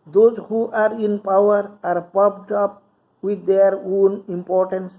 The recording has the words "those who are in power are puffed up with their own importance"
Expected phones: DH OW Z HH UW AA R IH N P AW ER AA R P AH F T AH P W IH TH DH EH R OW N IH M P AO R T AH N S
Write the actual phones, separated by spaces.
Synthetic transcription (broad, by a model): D OW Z HH UW AA R IH N P AW ER AA R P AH P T AH P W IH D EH R OW N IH M P AO R T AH N S